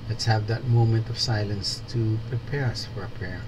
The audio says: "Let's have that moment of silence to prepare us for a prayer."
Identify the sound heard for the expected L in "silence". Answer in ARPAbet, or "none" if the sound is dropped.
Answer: L